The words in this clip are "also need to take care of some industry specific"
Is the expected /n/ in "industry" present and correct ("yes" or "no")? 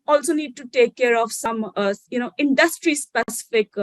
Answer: yes